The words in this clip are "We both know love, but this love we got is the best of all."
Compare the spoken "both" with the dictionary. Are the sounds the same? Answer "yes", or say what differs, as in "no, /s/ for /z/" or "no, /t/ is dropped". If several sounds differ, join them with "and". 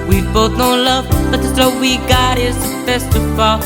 yes